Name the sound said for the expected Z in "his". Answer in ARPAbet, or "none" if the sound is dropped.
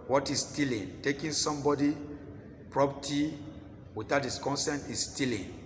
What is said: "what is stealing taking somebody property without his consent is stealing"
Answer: S